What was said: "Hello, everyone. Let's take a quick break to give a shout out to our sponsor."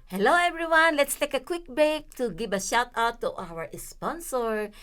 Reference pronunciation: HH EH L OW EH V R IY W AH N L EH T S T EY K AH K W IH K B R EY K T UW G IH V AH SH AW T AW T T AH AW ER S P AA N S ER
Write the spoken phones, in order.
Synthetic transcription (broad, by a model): HH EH L OW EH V R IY W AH N L EH T S T EY K AH K W IH K B EY K T UW G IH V AH SH AW T AW T T AW ER S P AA N S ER